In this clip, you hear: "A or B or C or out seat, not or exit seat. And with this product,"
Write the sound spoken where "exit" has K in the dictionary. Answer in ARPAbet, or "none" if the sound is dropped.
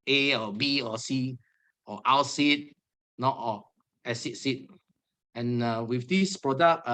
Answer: none